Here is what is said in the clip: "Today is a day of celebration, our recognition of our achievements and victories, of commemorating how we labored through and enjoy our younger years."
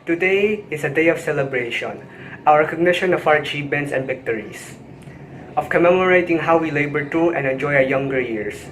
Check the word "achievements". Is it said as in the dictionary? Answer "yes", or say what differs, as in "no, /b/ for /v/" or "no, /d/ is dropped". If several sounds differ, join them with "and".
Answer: no, /p/ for /v/